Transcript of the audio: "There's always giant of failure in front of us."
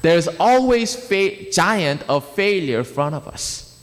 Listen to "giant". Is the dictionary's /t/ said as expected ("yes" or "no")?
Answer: yes